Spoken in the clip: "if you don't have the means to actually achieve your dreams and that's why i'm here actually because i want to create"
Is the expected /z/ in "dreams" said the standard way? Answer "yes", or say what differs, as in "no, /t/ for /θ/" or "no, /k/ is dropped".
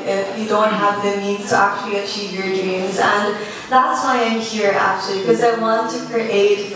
yes